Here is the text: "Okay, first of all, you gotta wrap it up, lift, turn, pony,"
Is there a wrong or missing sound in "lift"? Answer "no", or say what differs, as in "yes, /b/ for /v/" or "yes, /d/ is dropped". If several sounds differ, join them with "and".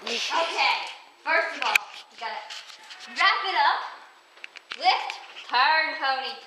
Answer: yes, /w/ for /l/